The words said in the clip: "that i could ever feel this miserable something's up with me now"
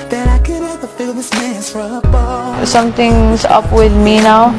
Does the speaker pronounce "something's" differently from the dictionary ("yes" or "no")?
yes